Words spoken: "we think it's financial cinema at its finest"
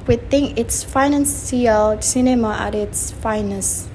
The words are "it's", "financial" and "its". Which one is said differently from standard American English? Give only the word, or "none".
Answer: financial